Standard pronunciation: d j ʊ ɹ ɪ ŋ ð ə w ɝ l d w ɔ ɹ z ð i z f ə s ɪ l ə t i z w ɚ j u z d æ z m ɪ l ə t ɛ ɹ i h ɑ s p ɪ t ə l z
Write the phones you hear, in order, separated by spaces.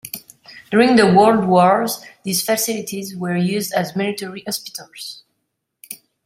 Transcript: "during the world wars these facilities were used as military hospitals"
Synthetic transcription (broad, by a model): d j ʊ ɹ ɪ ŋ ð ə w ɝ l d w ɔ ɹ z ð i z f ə s ɪ l ə t i z w ɚ j u z d æ z m ɪ l ə t ɛ ɹ i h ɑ s p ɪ t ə l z